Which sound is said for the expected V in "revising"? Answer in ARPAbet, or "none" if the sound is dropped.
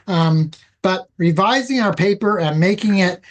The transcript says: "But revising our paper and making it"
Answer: V